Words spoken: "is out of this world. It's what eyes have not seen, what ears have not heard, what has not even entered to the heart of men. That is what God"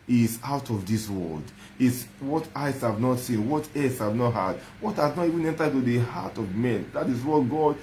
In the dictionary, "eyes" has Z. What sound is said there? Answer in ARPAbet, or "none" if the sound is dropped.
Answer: S